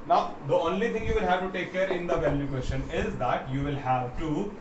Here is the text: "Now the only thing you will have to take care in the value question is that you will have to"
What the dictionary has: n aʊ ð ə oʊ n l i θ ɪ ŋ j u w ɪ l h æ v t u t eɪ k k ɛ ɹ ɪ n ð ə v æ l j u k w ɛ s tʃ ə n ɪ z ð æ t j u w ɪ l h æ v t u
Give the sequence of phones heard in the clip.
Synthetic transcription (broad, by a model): n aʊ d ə oʊ n l i t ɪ ŋ j u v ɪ l h æ v t u t eɪ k k ɛ ɹ ɪ n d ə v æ l j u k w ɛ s ʃ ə n ɪ z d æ t j u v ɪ l h æ v t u